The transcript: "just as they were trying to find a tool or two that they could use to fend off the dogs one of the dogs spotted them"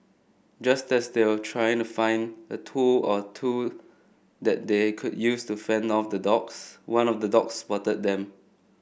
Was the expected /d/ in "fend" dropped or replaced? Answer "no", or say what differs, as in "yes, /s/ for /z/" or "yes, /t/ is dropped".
no